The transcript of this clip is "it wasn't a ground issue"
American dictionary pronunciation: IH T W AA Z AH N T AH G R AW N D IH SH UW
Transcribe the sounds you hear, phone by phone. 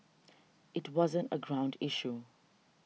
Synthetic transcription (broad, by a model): IH T W AA Z AH N T AH G R AW N D IH SH UW